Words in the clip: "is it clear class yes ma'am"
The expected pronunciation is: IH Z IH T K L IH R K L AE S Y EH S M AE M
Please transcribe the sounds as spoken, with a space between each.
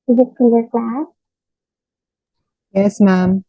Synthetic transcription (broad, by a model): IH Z IH T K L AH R K L AE S Y EH S M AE M